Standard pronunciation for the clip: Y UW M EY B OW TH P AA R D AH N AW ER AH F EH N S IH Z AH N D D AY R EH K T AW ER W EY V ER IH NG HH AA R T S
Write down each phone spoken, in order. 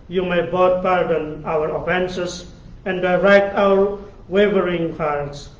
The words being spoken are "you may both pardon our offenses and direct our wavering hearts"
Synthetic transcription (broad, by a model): Y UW M EY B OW T P AA R D AH N AW ER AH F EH N S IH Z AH N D D AY R EH K T AW ER W EY V ER IH NG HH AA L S